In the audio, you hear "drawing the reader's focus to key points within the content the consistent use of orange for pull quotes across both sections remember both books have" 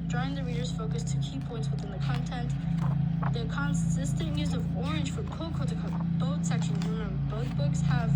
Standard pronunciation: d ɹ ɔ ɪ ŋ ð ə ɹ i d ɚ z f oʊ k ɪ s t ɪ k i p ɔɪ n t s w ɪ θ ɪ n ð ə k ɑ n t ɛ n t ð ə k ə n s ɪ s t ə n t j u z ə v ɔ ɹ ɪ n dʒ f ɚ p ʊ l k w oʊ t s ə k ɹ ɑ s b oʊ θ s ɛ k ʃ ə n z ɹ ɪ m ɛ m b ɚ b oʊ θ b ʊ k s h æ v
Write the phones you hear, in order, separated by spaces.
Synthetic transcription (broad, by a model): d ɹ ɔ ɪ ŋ ð ə ɹ i d ɚ z f oʊ k ɪ s t ɪ k i p ɔɪ n t s w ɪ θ ɪ n ð ə k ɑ n t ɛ n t ð ə k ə n s ɪ s t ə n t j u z ə v ɔ ɹ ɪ n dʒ f ɚ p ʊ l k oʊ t ə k ɑ b oʊ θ s ɛ k ʃ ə n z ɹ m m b b oʊ θ b ʊ k s h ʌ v